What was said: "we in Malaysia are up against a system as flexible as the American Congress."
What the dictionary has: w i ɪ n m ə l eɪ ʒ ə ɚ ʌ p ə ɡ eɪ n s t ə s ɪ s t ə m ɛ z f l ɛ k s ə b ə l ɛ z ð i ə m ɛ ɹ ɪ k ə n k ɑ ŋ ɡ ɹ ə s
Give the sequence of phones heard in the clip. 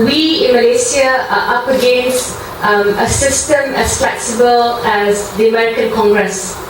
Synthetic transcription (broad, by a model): w i ɪ n m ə l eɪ s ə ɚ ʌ p ə ɡ eɪ n s t ə s ɪ s t ə m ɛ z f l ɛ k s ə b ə l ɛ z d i ə m ɛ ɹ ɪ k ə n k ɑ ŋ ɡ ɹ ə s